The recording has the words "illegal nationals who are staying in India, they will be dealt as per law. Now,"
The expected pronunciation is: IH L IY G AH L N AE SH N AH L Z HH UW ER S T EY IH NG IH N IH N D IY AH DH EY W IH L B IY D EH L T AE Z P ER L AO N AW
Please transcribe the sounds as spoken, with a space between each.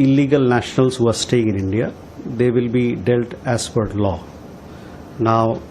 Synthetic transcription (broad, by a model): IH L IY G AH L N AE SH N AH L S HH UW ER S T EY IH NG IH N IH N D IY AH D EY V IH L B IY D EH L T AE S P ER L AO N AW